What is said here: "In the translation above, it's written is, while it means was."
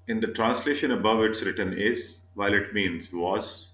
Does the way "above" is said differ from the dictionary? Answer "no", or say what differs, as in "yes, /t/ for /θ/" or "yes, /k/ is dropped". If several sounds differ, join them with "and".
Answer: no